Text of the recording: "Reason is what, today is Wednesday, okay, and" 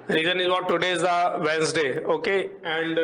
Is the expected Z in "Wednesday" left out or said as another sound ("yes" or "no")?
yes